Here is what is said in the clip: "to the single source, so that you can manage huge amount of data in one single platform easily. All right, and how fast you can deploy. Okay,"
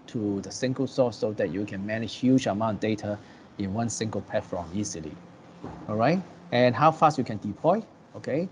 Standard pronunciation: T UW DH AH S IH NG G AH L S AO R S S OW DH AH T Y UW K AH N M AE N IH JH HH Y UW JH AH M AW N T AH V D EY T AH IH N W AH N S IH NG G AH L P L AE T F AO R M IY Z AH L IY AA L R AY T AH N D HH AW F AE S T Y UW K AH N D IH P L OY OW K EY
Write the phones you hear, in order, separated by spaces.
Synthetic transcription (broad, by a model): T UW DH AH S IH NG G AH L S AO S S OW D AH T Y UW K AH N M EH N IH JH HH Y UW JH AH M AW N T D EY T AH IH N W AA N S IH NG G AH L P EH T F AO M IY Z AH L IY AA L R AY T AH N HH AW F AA S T Y UW K AH N D IH P L OY OW K EY